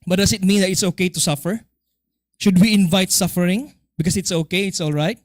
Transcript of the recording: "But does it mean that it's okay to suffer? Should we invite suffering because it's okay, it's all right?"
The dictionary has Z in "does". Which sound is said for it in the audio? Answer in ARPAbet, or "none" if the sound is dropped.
S